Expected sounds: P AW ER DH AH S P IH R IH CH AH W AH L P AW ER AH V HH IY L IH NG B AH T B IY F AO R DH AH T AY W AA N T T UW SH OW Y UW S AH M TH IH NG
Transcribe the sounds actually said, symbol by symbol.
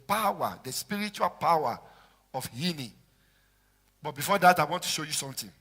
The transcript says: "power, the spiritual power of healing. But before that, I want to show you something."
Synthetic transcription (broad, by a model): P AW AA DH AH S P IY R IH CH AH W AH L P AW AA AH F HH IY N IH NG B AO T B IY F AO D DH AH T AY W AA N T T UW SH OW Y UW S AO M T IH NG